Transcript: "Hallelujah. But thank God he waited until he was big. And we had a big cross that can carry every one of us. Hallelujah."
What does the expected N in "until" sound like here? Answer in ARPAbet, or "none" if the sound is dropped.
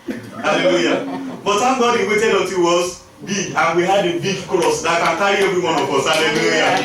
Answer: none